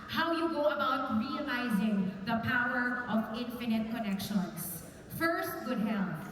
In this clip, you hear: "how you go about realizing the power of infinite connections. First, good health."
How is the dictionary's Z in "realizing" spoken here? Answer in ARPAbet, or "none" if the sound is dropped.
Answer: Z